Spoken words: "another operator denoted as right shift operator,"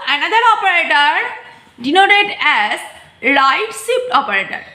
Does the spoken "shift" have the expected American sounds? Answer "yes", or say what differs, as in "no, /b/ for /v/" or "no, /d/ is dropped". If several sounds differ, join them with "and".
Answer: no, /s/ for /ʃ/